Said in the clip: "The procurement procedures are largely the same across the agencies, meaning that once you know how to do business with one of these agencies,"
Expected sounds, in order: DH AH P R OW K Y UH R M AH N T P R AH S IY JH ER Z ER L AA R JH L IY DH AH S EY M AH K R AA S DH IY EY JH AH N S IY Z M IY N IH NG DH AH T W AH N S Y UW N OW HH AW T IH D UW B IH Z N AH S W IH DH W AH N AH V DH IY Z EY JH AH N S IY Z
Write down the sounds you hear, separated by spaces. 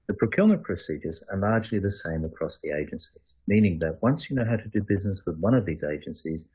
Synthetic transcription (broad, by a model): DH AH P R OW K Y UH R M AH N P R AH S IY JH ER Z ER L AA R JH L IY DH AH S EY M AH K R AA S DH IY EY JH AH N S IY Z M IY N IH NG DH AH T W AH N S Y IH N OW HH AW T IH D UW B IH Z N AH S W IH DH W AH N AH V DH IY Z EY JH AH N S IY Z